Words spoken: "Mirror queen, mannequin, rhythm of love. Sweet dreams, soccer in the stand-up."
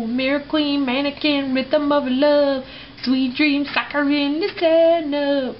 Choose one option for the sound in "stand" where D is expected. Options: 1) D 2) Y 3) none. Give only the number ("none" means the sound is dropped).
3